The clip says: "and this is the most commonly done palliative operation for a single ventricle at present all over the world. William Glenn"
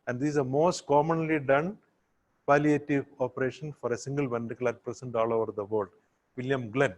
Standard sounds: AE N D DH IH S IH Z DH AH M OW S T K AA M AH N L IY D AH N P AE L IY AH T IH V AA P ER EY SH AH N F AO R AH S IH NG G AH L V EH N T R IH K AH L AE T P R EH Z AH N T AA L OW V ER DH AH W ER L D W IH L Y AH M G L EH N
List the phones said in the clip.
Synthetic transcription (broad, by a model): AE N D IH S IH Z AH M OW S T K AA M AH N L IY D AH N P AE L IY AH T IH V AA P ER EY SH AH N F AO R AH S IH NG G AH L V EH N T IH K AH L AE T P R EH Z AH N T AA L OW V ER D AH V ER L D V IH L Y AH M G L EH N